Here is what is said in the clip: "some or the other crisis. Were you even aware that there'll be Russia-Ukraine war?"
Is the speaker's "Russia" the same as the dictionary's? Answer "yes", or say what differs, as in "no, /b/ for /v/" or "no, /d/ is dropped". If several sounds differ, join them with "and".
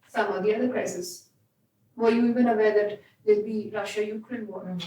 yes